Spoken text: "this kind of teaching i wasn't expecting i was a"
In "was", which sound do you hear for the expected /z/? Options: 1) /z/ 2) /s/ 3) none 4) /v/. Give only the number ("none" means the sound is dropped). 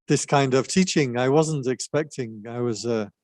1